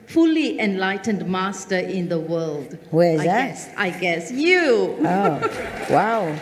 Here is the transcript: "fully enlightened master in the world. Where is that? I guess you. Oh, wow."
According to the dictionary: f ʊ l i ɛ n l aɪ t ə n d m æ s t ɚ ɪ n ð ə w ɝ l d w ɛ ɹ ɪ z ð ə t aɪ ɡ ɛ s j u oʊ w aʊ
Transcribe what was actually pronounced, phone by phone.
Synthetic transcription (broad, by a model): f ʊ l i ɛ n l aɪ t ə n d m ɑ s t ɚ ɪ n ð ə w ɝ l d w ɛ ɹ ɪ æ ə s aɪ ɡ ɛ s j u oʊ w aʊ